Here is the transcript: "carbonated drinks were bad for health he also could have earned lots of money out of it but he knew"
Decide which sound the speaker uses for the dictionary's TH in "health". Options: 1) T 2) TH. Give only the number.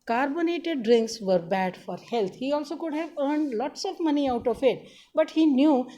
1